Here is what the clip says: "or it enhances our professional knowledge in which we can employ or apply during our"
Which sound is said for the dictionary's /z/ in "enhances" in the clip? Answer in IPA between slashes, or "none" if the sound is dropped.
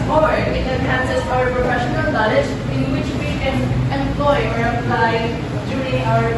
/s/